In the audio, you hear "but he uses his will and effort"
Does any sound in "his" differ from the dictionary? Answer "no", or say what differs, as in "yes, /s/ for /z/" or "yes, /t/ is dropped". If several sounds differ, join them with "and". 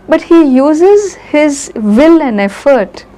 no